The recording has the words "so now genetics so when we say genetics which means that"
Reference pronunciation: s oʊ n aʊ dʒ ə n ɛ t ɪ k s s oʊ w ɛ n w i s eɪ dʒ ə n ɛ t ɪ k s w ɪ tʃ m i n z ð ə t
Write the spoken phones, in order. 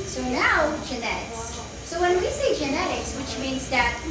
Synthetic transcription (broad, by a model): s oʊ n aʊ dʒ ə n ɛ t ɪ k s s oʊ w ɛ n w i s eɪ dʒ ə n ɛ t ɪ k s w ɪ tʃ m i n z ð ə t